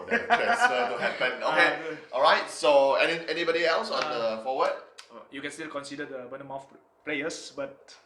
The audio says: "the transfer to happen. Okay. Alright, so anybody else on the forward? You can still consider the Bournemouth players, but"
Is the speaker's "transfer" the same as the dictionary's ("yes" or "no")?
no